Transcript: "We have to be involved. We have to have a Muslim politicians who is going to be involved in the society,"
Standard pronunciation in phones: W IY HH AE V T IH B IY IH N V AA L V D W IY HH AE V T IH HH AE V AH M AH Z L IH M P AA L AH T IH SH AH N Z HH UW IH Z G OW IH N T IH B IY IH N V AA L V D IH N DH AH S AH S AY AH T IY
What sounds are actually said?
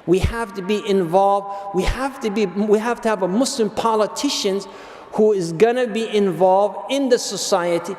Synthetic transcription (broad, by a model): W IY HH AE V T IH B IY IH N V AA L V D W IY HH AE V T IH HH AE V AH M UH S L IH M P AA L AH T IH SH AH N Z HH UW IH Z G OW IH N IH B IY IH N V AA L V D IH N DH AH S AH S AY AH T IY